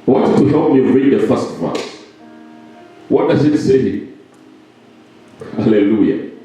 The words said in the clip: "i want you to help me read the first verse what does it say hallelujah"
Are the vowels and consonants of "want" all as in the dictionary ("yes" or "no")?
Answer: no